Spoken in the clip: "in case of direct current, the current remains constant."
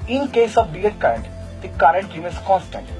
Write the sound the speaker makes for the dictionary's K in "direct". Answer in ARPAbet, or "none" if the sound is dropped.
none